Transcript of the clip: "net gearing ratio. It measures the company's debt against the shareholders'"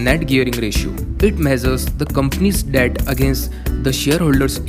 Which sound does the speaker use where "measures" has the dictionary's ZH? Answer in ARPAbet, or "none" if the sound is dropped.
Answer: Z